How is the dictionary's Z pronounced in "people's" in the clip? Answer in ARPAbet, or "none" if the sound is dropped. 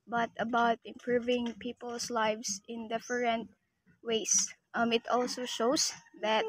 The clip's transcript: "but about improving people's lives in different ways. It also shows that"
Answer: S